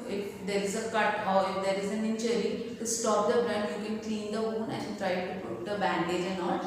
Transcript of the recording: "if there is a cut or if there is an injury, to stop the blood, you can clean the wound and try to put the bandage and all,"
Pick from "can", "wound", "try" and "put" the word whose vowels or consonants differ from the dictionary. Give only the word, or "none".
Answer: wound